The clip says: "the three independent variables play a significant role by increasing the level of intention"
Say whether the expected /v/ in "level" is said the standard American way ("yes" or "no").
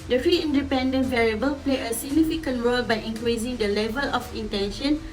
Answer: yes